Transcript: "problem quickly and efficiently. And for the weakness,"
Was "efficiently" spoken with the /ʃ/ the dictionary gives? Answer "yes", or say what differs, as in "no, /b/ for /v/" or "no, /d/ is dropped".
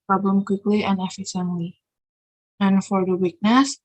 no, /s/ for /ʃ/